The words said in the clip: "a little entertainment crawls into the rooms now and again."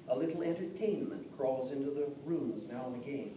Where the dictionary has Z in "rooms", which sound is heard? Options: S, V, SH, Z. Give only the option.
Z